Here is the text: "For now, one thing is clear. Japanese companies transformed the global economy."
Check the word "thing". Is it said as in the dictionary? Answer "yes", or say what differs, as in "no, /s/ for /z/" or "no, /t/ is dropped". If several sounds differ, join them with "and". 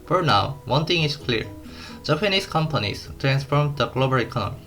no, /t/ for /θ/